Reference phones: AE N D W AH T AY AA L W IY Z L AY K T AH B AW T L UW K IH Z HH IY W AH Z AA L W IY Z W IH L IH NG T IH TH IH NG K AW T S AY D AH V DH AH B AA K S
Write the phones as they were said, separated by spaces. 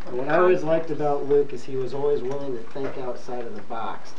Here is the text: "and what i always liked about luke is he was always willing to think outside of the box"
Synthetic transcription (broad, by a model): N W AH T AY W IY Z L AY K T AH B AW T L UW K IH Z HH IY W AH Z AA L W IY Z W IH L IH NG T IH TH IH K AW T S AY D AH V DH AH B AA K S